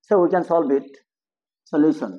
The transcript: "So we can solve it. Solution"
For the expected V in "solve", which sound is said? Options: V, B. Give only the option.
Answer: B